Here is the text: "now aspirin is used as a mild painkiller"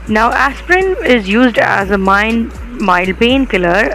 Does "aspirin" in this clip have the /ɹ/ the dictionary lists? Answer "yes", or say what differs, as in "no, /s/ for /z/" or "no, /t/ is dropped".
yes